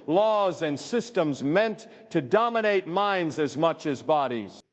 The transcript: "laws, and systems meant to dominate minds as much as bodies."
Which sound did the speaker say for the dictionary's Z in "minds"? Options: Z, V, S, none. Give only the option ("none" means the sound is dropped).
Z